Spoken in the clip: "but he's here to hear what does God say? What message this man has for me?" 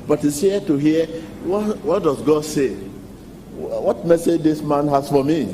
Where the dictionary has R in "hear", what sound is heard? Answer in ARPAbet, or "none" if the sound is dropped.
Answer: W